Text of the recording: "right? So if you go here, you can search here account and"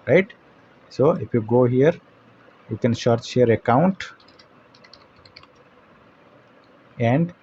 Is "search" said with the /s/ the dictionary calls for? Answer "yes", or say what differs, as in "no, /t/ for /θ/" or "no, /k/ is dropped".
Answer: no, /ʃ/ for /s/